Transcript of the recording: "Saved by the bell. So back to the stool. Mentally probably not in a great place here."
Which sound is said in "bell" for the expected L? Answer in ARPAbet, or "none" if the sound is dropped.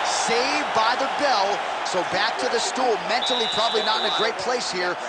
L